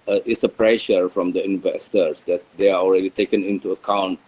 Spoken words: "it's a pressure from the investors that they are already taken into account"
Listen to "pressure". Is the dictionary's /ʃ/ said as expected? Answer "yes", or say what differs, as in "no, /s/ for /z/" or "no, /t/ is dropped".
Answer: yes